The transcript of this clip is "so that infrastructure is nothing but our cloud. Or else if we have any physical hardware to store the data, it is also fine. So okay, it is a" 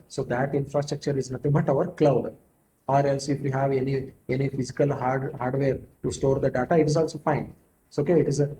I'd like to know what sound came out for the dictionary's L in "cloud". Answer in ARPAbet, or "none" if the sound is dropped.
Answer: L